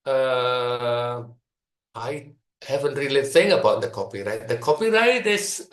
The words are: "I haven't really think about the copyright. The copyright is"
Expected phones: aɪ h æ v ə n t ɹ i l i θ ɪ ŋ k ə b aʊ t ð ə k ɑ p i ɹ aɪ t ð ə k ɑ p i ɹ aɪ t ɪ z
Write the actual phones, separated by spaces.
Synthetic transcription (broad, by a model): aɪ h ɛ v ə n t ɹ i l i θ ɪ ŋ ə b aʊ t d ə k ɑ p i ɹ aɪ t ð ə k ɑ p i ɹ aɪ t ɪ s